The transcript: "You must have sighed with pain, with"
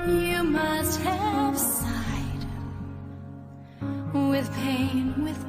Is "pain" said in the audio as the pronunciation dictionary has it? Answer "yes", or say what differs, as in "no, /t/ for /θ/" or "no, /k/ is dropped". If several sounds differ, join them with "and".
yes